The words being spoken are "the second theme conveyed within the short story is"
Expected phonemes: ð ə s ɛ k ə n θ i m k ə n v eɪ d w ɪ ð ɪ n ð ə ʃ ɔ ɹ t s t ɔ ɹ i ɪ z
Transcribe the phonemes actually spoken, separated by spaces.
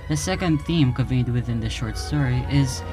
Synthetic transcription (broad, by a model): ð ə s ɛ k ə n θ i m k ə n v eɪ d w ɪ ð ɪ n ð ə ʃ ɔ ɹ t s t ɔ ɹ i ɪ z